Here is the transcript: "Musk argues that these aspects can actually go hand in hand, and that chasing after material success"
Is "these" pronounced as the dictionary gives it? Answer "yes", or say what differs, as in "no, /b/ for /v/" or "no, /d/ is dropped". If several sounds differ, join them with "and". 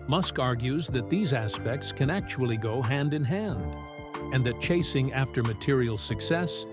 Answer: yes